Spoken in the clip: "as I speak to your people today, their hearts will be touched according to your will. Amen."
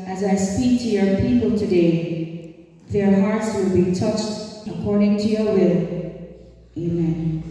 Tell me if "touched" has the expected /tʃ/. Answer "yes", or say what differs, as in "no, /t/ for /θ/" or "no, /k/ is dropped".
yes